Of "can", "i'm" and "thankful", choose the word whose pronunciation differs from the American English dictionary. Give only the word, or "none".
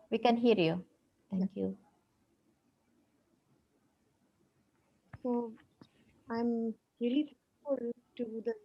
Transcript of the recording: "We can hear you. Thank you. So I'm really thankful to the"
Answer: thankful